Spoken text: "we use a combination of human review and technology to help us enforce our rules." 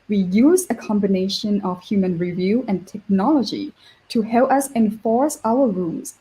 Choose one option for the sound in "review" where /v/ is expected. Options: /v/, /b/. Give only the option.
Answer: /v/